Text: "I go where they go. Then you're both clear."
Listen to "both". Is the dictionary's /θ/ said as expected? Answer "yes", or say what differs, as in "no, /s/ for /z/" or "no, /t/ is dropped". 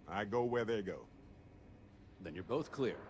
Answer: yes